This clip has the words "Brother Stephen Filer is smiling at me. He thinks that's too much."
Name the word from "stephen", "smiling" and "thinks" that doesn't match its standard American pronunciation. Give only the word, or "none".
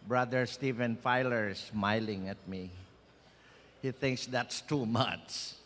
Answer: none